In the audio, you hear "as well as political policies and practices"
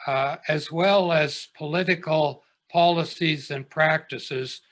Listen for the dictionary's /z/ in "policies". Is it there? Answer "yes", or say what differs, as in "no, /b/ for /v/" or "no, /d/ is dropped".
yes